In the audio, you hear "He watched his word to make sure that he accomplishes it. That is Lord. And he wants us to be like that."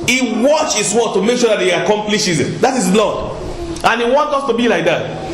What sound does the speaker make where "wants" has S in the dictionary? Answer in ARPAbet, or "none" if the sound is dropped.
none